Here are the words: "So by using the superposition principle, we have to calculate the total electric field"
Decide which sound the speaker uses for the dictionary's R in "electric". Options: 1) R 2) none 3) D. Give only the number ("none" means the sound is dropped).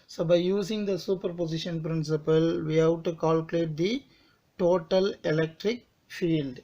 1